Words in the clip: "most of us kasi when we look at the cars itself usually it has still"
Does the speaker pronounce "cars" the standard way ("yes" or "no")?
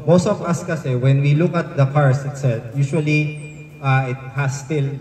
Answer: no